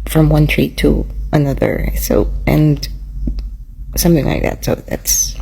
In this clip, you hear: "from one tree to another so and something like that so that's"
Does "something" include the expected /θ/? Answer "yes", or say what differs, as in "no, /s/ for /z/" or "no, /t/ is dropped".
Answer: yes